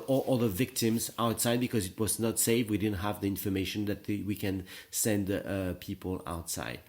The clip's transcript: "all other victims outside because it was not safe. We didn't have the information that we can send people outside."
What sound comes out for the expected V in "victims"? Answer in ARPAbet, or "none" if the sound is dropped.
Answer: V